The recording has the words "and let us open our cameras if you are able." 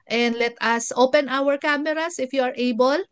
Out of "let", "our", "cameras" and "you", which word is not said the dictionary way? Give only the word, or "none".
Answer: cameras